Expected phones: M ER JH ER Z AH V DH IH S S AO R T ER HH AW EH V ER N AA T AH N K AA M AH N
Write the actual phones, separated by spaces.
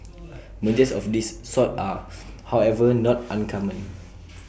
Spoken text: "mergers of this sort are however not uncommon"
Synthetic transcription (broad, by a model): M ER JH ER S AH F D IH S S AO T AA HH AW EH V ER N AA T AH N K AA M AH N